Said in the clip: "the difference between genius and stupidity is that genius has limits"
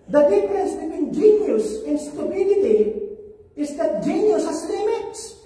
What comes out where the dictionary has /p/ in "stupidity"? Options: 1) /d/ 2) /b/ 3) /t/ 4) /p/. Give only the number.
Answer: 2